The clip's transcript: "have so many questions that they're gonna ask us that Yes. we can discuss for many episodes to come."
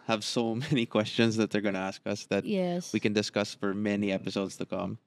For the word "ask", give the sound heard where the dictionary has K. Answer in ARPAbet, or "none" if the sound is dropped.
K